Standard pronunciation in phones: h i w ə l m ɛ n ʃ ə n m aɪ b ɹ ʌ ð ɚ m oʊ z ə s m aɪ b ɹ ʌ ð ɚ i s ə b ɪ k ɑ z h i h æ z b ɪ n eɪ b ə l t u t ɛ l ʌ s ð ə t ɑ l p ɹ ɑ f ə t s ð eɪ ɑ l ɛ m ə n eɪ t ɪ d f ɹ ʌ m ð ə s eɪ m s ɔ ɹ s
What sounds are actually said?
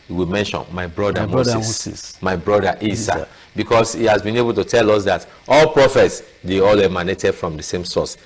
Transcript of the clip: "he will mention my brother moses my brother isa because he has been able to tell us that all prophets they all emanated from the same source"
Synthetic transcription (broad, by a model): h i w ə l m ɛ n ʃ ə n m aɪ b ɹ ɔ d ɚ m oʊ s m aɪ b ɹ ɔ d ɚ i s ə b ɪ k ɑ s h i h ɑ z b ɪ n eɪ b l t u t ɛ l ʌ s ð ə t ɑ l p ɹ ɑ f ə t s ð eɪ ɑ l ɛ m ə n eɪ t ɪ d f ɹ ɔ m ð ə s eɪ m s ɔ s